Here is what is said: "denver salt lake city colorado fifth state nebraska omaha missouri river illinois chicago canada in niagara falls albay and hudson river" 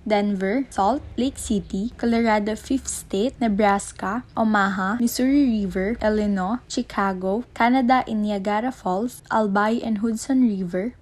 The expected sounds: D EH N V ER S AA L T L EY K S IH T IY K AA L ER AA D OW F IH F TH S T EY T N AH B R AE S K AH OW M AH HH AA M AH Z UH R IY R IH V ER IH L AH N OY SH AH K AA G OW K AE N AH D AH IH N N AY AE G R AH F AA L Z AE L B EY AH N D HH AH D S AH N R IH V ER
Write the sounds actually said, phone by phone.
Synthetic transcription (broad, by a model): D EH N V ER S AA L T L EY K S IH T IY K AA L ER AA D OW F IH F T S T EY T N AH B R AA S K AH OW M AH HH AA M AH S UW R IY R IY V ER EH L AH N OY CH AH K AA G OW K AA N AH D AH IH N N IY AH G R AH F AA L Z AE L B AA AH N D HH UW D S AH N R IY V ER